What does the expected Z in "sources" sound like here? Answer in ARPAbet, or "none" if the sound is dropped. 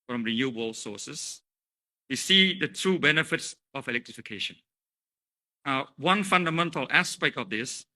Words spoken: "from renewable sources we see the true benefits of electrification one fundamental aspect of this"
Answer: S